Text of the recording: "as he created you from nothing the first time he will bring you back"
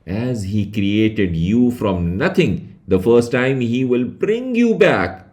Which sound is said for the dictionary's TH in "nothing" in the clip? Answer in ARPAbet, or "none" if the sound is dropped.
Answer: T